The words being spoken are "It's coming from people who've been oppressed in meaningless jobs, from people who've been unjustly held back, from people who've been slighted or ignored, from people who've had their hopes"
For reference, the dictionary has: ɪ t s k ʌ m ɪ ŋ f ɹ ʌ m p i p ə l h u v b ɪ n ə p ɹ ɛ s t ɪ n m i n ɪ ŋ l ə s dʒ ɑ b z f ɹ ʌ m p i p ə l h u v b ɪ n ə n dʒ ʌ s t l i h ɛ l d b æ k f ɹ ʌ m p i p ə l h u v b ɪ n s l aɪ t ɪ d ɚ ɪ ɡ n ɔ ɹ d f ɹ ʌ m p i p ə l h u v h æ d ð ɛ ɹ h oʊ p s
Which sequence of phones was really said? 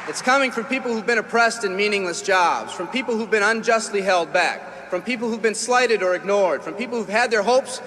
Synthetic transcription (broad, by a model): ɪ t s k ʌ m ɪ ŋ f ɹ ʌ m p i p l h u v b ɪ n ə p ɹ ɛ s t ɪ n m i n ɪ ŋ l ə s dʒ ɑ b z f ɹ ʌ m p i p l h u v b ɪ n ə n dʒ ʌ s t l i h ɛ l d b æ k f ɹ ʌ m p i p l h u v b ɪ n s l aɪ t ɪ d ɚ ɪ ɡ n ɔ ɹ d f ɹ ʌ m p i p l h u v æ d ð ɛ ɹ h oʊ p s